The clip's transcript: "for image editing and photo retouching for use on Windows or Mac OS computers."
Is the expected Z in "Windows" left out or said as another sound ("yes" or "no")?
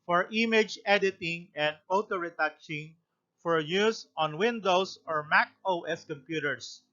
yes